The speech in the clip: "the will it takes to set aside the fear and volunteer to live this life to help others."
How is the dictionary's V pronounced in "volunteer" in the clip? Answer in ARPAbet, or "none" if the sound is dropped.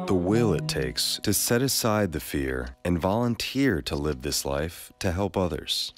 V